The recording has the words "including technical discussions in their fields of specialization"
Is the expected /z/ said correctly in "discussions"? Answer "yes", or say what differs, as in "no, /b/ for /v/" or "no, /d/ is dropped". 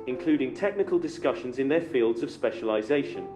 yes